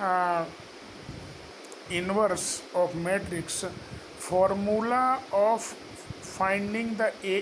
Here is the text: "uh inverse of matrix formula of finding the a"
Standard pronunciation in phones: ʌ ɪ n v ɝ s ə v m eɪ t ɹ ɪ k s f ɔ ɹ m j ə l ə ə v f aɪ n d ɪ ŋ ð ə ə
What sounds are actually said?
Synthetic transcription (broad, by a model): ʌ ɪ n v ɝ s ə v m eɪ t ɹ ɪ k s f ɔ ɹ m j ə l ə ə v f aɪ n d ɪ ŋ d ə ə